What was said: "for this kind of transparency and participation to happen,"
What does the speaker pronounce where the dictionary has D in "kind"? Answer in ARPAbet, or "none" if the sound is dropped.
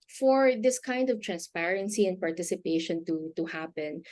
D